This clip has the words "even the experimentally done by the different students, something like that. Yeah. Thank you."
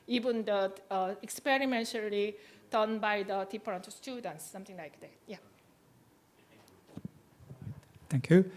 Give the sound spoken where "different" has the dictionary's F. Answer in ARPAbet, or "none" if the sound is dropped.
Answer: P